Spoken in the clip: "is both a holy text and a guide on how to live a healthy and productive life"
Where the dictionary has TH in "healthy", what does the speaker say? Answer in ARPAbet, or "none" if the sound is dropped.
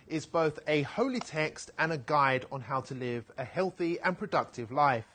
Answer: TH